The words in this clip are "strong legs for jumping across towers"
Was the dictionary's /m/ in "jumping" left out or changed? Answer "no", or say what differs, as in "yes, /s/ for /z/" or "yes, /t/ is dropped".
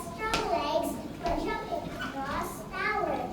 yes, /m/ is dropped